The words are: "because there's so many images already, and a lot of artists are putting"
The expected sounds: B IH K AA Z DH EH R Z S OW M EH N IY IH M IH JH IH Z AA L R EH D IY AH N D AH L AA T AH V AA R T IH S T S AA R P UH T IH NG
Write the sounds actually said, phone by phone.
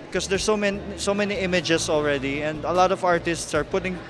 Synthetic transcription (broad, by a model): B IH K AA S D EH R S S OW M EH N IY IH M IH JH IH S AA L R EH D IY AH N D AH L AA T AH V AA R T IH S T S AA R P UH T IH NG